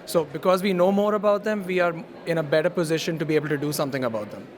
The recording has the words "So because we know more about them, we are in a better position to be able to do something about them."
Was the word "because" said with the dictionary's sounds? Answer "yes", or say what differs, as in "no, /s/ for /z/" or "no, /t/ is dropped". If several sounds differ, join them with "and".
yes